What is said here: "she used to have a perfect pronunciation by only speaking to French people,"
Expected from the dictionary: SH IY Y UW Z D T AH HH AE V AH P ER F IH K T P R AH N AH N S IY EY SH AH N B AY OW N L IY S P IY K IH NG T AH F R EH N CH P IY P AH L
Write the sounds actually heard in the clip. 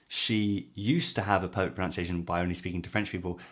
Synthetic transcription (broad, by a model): SH IY Y UW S T AH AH V AH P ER UH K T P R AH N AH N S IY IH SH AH N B AY OW N L IY S P IY K IH NG T AH F R EH N CH P IY P AH L